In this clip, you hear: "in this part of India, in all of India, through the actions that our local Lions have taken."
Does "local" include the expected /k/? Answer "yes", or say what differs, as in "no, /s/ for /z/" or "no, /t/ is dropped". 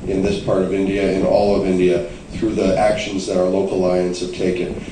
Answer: no, /k/ is dropped